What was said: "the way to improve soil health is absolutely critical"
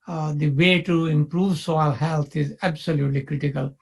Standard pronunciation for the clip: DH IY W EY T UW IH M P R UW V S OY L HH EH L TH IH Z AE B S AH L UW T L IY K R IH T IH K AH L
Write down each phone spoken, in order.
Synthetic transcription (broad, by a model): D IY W EY T UW IH M P R UW V S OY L HH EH L T IH Z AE B S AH L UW T L IY K R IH T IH K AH L